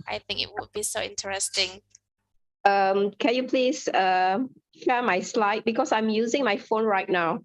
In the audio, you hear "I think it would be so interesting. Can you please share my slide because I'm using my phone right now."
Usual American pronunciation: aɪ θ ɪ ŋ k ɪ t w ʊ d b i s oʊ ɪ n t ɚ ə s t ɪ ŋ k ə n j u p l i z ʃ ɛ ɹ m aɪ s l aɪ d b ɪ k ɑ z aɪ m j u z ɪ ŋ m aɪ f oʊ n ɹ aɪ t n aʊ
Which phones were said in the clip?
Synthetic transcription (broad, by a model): aɪ θ ɪ ŋ k ɪ t w ʊ d b i s oʊ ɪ n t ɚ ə s t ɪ ŋ k ə n j u p l i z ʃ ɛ m aɪ s l aɪ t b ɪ k ɑ s aɪ m j u z ɪ ŋ m aɪ f oʊ n ɹ aɪ t n aʊ